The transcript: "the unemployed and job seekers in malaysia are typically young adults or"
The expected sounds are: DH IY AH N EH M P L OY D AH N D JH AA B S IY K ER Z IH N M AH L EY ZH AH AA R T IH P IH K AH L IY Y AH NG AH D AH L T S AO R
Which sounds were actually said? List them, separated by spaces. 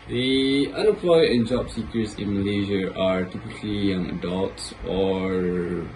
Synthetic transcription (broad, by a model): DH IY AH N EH P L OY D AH N JH AA B S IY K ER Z IH N M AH L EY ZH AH AA R T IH P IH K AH L IY Y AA NG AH D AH L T S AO R